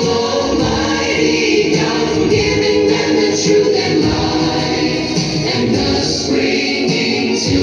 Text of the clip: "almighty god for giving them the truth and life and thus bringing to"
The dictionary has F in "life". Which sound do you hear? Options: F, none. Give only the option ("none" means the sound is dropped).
none